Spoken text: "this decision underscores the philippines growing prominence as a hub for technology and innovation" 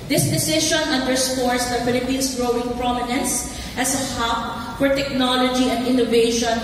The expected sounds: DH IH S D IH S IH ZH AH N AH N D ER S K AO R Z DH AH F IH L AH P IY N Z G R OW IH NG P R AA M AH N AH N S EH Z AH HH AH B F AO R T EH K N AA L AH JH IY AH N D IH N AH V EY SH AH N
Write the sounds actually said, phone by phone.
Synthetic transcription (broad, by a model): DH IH S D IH S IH SH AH N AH N D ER S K AO R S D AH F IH L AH P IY N S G R OW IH NG P R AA M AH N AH N S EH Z AH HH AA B F AO R T EH K N AA L AH JH IY AH N D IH N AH V EY SH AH N